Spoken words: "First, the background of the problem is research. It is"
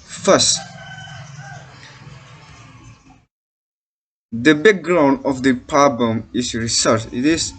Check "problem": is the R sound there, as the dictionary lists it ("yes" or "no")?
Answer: no